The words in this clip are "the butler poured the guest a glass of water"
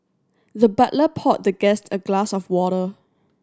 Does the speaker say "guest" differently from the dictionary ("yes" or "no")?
no